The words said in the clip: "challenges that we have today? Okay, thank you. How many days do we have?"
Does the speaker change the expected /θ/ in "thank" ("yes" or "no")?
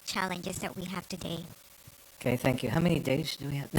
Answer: no